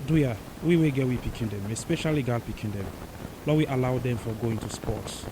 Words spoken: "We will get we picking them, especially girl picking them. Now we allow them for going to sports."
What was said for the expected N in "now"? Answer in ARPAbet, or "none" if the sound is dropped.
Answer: L